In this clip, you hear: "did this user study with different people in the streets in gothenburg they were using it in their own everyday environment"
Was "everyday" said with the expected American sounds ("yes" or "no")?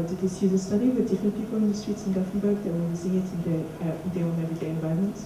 no